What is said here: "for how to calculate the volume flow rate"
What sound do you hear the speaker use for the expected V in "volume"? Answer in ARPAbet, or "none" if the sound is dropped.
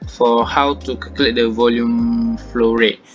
V